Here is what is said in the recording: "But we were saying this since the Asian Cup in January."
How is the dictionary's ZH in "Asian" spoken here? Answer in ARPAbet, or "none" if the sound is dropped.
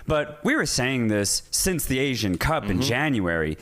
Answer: ZH